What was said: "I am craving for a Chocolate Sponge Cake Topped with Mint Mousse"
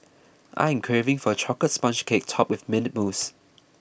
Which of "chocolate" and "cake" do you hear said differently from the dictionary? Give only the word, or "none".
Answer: chocolate